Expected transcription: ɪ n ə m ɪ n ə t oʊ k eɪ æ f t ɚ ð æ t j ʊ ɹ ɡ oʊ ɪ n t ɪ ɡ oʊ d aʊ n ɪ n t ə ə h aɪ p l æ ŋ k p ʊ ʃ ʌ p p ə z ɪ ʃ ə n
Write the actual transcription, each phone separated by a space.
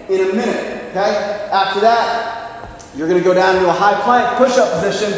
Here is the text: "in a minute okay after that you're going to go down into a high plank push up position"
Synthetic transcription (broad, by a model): ɪ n ə m ɪ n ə t oʊ k eɪ æ f t ɚ ð æ t j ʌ ɹ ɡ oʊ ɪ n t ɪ ɡ oʊ d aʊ ɪ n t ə ə h aɪ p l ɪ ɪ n p ʊ ʃ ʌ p p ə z ɪ ʃ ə n